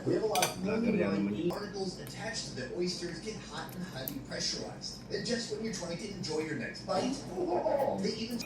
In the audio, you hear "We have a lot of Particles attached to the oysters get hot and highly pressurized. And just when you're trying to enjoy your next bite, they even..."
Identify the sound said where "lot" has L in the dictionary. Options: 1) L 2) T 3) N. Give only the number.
3